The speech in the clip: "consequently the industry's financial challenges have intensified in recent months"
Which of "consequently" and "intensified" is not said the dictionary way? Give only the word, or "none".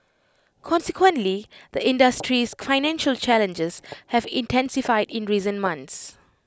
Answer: none